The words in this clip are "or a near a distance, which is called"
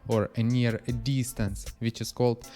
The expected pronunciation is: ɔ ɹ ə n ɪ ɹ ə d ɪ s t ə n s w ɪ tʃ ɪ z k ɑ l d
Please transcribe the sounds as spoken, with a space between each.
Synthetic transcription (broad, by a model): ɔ ɹ ə n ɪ ɹ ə d ɪ s t ə n s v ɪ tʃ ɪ s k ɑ l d